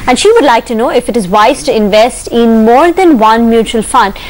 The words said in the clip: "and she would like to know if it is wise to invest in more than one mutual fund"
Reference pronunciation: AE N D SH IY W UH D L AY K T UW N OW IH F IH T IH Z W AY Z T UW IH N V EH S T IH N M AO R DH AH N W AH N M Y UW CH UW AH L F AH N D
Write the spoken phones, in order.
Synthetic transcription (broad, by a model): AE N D SH IY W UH D L AY K T UW N OW IH F IH T IH Z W AY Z T UW IH N V EH S T IH N M AO R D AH N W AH N M Y UW CH UW AH L F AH N D